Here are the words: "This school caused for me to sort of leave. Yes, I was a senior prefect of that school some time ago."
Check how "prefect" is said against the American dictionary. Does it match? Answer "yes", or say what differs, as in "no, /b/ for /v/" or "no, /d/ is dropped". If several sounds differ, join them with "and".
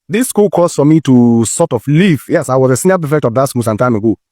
no, /ɹ/ is dropped